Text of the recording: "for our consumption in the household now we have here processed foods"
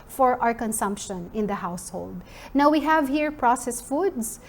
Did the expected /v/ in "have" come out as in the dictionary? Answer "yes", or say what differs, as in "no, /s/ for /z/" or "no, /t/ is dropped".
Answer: yes